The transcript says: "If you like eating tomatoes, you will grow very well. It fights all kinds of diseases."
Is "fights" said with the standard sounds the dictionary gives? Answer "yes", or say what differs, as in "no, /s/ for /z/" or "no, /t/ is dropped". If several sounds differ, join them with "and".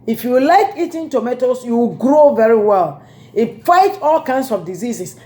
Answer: no, /s/ is dropped